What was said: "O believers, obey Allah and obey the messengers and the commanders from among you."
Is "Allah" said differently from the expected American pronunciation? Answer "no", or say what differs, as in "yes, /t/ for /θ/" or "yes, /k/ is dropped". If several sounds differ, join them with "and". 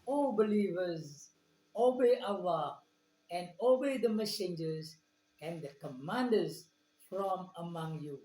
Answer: yes, /w/ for /l/